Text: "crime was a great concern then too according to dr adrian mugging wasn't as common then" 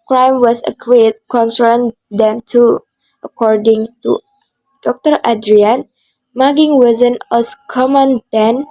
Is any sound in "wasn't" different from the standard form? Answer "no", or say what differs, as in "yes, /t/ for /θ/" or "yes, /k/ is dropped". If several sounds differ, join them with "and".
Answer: yes, /t/ is dropped